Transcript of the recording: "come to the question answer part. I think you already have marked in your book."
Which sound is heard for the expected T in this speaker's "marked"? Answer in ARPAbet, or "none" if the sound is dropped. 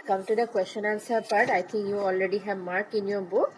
none